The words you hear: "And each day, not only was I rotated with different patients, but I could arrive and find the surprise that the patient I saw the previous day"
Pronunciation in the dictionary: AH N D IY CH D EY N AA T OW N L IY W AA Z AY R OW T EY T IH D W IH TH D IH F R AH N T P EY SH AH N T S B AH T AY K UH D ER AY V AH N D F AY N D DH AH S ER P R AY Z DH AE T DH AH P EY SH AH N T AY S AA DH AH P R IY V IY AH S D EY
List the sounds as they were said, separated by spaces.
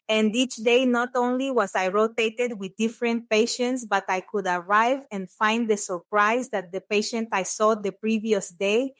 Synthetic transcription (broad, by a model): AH N D IY CH D EY N AA T OW N L IY W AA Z AY R OW T EY T IH D W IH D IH F R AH N T P EY SH AH N T S B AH T AY K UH D ER AY V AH N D F AY N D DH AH S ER P R AY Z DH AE T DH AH P EY SH AH N T AY S AA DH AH P R IY V IY AH S D EY